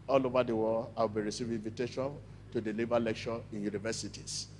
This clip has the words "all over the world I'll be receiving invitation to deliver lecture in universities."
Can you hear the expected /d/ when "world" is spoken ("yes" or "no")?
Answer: no